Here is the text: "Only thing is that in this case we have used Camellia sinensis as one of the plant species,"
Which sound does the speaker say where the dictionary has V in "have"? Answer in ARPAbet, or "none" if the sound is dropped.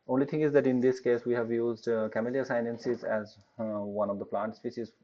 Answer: V